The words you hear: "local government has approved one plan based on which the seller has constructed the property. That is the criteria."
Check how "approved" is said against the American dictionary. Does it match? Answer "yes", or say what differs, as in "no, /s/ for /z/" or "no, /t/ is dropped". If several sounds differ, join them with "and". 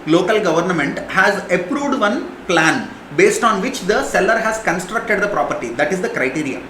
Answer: yes